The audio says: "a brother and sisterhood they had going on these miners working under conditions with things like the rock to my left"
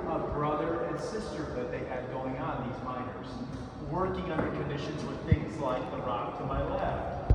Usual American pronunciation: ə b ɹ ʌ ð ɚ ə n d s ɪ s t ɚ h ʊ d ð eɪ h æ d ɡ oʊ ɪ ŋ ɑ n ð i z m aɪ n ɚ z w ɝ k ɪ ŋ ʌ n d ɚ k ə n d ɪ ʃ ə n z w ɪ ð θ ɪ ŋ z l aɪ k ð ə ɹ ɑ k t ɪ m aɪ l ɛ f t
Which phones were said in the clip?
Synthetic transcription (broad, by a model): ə b ɹ ʌ ð ɚ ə n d s ɪ s t ɚ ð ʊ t ð eɪ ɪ d ɡ oʊ ɪ ŋ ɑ n ð i z m aɪ n ɚ z w ɝ k ɪ ŋ ʌ n d ɚ k ə n d ɪ ʃ ə n z w ɪ ð θ ɪ ŋ z l aɪ k ð ə ɹ ɑ k t ɪ m aɪ l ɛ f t